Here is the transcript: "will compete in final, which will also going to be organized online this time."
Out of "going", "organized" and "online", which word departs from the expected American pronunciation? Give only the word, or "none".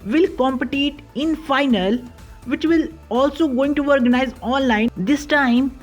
organized